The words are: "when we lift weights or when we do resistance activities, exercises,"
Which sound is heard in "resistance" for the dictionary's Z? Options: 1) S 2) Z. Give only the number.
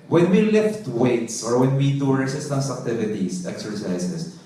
1